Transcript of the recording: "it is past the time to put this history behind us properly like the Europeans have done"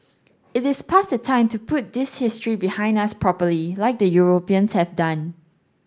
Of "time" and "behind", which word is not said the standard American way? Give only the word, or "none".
none